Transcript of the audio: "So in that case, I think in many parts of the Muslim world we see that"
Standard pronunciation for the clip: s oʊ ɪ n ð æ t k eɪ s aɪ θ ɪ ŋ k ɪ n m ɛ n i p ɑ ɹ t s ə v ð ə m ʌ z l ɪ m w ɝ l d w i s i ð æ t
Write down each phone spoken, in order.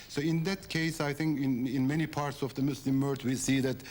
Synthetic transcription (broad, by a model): s oʊ ɪ n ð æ t k eɪ s aɪ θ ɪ ŋ k ɪ n m ɛ n i p ɑ ɹ t s ə v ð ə m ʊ s l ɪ m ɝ d w i s i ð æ t